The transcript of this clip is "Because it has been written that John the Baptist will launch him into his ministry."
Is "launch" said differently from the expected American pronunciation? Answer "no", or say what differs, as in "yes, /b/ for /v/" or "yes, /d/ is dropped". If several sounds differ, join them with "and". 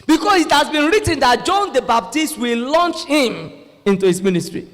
no